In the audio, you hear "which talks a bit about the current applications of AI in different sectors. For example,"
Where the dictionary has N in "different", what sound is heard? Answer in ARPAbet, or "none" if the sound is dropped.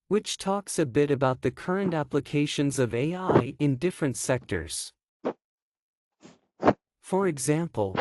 N